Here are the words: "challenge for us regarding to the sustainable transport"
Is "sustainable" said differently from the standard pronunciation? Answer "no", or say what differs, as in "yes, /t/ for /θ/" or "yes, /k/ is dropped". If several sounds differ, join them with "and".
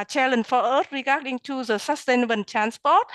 yes, /n/ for /l/